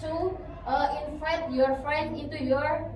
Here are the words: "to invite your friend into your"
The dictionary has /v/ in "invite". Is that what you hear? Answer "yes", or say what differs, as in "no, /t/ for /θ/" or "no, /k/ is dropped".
no, /f/ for /v/